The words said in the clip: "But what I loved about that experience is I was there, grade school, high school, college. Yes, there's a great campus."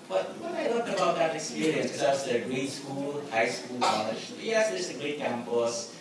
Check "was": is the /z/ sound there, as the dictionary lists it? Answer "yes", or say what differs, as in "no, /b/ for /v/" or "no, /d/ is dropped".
no, /s/ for /z/